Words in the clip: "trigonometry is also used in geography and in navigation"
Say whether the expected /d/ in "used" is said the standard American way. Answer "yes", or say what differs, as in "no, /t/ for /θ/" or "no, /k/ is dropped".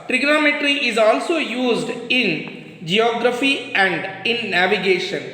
yes